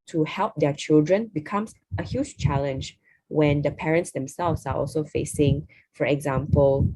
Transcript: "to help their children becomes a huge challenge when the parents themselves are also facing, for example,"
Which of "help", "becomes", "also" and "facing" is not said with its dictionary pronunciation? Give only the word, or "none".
becomes